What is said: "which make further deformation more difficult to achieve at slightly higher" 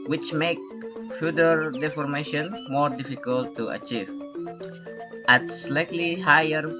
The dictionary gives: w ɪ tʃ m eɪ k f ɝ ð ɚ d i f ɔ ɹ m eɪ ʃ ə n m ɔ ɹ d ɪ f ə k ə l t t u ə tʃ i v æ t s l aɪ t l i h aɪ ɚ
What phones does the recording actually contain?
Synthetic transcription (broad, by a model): w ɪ tʃ m eɪ k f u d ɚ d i f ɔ ɹ m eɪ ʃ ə n m ɔ ɹ d ɪ f ə k ə l t t u ə tʃ i v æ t s l aɪ t l i h aɪ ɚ